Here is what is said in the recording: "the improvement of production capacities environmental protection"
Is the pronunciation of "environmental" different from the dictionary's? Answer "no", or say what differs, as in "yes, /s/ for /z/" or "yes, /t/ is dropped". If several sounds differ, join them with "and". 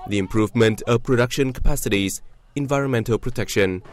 no